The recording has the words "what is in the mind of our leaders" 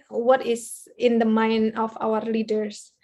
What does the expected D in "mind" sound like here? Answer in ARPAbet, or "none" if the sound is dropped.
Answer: none